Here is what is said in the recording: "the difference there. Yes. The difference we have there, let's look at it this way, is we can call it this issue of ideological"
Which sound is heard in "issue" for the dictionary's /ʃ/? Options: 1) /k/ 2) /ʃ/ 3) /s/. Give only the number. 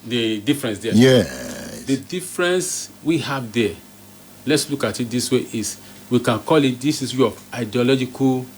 3